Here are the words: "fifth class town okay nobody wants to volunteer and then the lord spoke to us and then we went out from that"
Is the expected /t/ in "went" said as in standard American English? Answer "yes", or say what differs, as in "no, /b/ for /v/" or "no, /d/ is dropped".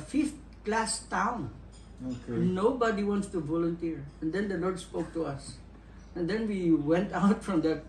yes